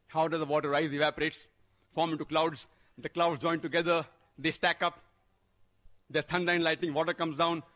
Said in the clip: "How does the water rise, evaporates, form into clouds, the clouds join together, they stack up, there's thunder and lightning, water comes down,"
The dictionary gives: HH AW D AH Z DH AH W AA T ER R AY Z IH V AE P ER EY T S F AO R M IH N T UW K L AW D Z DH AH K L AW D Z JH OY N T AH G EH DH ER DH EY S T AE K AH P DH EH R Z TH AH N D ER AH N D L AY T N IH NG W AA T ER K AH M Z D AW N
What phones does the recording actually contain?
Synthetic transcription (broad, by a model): HH AW D AH Z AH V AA T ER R AY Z IH V AE P ER EY T S F AO R M IH N T UW K L AW D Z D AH K L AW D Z JH OY N T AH G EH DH ER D EY S T AE K AH P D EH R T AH N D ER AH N L AY T IH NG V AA T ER K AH M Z D AW N